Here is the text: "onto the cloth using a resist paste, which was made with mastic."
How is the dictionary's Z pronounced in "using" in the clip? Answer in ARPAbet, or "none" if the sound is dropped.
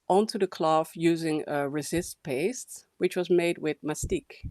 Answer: Z